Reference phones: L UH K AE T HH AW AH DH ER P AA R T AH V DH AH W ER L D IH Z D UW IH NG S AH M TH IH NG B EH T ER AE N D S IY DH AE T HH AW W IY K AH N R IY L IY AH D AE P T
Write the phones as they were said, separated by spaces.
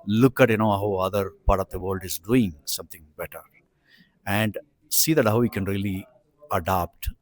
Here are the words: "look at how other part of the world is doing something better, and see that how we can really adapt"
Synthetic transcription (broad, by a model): L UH K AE T HH AW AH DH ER P AA R T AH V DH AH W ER L D IH Z D UW IH NG S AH M T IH NG B EH T ER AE N D S IY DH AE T HH AW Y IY K AH N R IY L IY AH D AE P T